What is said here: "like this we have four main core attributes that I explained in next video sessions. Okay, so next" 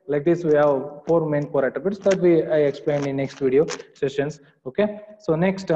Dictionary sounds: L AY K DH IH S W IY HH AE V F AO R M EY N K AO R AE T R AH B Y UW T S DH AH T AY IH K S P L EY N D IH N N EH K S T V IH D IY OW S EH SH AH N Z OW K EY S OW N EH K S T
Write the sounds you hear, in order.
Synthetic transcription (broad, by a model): L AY K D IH S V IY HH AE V F AO R M EY N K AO R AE T AH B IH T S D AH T AY IH K S P L EY N D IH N N EH K S T V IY D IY OW S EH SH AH N S OW K EY S OW N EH K S T